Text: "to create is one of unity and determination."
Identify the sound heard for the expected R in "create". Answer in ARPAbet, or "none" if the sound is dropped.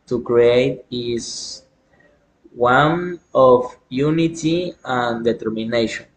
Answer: R